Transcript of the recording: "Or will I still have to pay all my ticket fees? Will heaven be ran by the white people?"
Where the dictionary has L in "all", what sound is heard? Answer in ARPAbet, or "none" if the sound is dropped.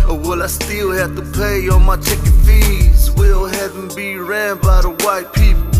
N